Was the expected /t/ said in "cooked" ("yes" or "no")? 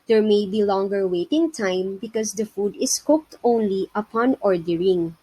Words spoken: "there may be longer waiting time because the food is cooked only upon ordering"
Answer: yes